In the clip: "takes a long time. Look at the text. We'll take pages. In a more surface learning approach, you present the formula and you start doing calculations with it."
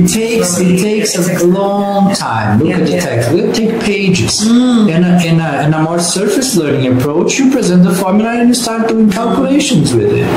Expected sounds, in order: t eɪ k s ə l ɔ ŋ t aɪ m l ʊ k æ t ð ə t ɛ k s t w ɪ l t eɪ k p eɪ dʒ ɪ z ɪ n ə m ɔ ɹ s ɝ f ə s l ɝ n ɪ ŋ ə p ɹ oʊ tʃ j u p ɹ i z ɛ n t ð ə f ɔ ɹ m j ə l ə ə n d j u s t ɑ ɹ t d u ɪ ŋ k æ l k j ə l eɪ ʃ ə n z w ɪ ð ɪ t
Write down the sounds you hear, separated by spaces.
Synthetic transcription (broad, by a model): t eɪ k s ə l ɔ ŋ t aɪ m l ʊ k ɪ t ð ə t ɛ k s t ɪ t eɪ k p eɪ dʒ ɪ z ɪ n ə m ɔ ɹ s ɝ f ə s l ɝ n ɪ ŋ ə p ɹ oʊ tʃ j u p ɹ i z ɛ n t ð ə f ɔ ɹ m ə n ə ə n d s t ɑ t d u ɪ ŋ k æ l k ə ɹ eɪ ʃ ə n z w ɪ ð ɪ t